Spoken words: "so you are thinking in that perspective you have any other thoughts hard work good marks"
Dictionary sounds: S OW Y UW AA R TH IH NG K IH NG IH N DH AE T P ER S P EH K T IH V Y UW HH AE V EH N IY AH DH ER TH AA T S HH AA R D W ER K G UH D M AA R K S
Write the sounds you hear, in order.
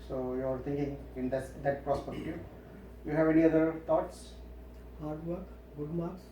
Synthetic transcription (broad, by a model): S OW Y UW AA R T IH NG K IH NG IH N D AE T P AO S P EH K T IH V Y UW HH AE V EH N IY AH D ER T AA T S HH AA R D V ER K G UH D M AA R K S